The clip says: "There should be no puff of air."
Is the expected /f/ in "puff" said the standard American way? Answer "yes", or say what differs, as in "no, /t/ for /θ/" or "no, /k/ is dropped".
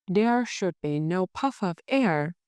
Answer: yes